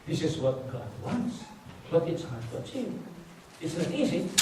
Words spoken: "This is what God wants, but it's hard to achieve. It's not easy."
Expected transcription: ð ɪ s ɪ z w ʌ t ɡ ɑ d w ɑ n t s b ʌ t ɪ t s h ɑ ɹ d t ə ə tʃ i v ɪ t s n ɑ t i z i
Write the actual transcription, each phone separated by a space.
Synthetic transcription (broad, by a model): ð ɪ s ɪ z w ʌ t ɡ ɑ d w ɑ n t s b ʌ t ɪ t s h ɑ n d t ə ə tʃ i ɪ t s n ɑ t i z i